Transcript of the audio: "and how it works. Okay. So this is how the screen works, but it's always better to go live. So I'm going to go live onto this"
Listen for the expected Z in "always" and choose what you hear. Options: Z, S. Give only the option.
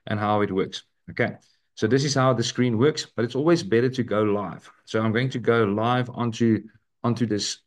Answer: Z